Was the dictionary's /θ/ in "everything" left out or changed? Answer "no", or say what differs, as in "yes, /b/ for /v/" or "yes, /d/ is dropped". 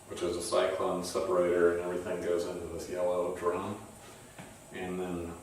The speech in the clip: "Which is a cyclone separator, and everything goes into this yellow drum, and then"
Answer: no